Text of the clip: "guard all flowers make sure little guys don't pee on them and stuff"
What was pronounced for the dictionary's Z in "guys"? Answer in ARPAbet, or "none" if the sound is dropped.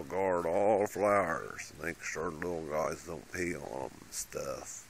Z